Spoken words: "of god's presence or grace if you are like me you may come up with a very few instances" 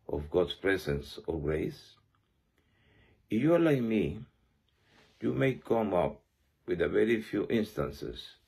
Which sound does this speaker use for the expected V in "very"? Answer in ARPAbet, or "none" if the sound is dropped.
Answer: V